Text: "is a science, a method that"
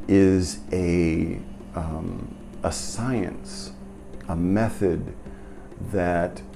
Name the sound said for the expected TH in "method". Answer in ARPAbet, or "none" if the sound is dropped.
TH